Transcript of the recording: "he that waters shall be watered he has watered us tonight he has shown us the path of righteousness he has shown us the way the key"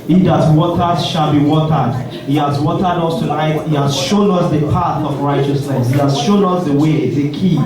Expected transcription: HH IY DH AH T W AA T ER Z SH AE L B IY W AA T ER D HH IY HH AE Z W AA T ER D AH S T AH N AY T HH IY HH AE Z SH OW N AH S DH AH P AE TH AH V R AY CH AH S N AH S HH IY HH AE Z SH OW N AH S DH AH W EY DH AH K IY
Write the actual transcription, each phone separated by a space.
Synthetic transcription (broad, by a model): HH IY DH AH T W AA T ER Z SH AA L B IY W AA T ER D HH IY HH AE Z W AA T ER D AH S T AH L AY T HH IY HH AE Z SH OW N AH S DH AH P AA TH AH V R AY CH AH S N AH S HH IY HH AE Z SH OW N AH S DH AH W EY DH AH K IY